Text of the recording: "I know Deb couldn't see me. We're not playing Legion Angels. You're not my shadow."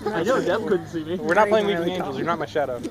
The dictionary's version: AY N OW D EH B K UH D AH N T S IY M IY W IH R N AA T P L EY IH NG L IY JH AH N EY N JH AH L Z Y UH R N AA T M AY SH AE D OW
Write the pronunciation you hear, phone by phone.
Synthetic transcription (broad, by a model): AY N OW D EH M K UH D N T S IY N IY W IH R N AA T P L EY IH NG W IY AH EY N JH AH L Z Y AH R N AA T M AY SH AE D OW